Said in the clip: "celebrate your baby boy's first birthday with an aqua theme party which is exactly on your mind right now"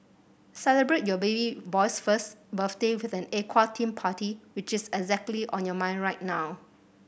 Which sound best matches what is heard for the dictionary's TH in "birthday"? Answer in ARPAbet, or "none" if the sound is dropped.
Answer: F